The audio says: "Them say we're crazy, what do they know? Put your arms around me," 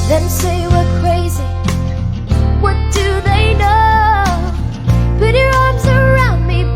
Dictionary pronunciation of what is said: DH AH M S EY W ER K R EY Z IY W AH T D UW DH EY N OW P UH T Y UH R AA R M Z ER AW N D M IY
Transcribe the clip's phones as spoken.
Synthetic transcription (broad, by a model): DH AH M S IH W ER K R EY Z IY W AH T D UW DH EY N OW B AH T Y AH R AA R M Z ER AW N D M IY